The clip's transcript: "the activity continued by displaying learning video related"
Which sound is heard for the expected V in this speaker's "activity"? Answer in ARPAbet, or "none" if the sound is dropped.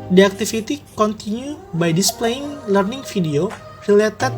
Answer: F